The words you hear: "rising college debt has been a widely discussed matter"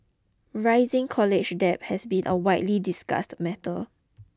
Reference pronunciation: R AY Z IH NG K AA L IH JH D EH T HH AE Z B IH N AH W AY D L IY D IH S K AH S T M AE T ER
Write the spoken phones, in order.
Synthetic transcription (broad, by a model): R AY Z IH NG K AA L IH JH D EH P HH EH S B IH N AH W AY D L IY D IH S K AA S T M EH T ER